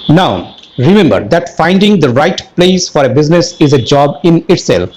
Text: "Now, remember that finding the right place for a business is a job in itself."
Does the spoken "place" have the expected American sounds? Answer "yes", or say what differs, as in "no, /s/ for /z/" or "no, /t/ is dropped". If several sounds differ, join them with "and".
yes